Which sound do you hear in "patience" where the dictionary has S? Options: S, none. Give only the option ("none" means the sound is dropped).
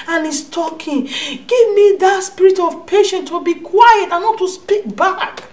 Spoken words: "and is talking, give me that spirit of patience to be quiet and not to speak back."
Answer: none